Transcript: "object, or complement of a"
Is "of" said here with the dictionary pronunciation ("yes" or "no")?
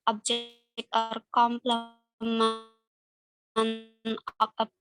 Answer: no